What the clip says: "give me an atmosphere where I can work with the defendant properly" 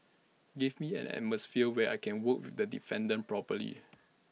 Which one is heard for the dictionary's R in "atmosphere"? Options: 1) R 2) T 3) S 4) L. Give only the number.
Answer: 4